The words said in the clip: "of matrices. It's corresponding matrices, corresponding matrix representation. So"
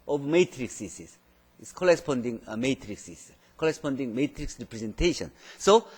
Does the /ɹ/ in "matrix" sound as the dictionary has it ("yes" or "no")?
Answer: yes